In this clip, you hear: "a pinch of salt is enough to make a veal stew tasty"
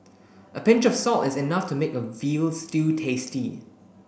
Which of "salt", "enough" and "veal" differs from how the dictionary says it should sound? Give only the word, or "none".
none